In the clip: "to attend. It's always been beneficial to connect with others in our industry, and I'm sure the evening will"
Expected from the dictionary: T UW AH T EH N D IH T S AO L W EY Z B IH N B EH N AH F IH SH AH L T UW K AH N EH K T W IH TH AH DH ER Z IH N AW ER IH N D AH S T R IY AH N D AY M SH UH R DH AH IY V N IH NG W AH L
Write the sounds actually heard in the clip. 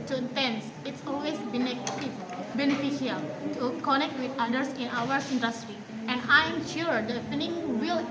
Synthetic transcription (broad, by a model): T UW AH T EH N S IH T S AO L W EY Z B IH N B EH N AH F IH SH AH L T UW K AH N EH K T W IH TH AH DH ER S IH N AW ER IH N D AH S T R IY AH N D AY M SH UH R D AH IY N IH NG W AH L